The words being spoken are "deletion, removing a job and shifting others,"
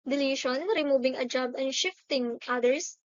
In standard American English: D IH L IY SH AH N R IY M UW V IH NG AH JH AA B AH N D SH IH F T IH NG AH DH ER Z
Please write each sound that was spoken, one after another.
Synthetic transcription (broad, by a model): D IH L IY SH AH N R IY M UW B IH NG AH JH AA B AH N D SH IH F T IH NG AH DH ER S